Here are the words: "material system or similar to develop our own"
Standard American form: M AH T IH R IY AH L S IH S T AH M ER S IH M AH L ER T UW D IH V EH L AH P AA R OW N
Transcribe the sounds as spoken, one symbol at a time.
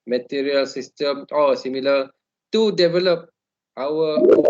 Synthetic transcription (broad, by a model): M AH T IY R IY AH L S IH S T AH M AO S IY M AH L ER T UW D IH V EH L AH P AA W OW